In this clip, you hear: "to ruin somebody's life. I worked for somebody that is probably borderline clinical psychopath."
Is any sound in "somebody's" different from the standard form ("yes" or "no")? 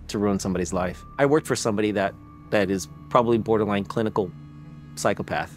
no